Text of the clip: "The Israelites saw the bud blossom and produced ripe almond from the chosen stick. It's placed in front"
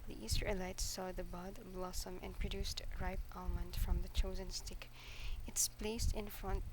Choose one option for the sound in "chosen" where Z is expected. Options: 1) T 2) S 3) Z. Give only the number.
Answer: 3